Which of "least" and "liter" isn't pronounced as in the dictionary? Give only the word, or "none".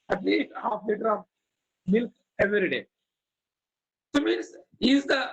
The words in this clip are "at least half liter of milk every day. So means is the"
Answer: least